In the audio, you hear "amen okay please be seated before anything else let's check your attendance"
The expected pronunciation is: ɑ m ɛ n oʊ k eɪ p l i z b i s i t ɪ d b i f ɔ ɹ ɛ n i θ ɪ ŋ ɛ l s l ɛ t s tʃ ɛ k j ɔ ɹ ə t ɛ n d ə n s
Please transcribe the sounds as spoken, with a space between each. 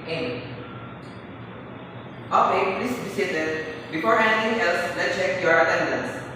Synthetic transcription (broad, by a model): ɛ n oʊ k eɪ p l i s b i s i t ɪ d b i f ɔ ɹ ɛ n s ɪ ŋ ɛ l s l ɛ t tʃ ɛ k j ɔ ɹ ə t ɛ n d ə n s